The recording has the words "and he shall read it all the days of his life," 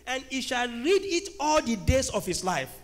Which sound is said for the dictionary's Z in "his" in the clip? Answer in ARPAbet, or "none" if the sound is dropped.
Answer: S